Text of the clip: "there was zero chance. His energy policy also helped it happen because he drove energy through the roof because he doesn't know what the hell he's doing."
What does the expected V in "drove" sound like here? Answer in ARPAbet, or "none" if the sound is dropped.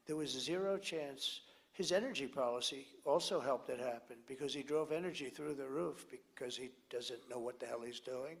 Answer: V